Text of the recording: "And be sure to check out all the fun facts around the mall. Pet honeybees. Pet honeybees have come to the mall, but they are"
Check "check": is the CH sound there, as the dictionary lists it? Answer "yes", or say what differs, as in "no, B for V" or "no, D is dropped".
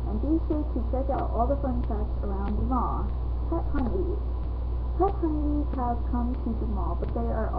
no, S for CH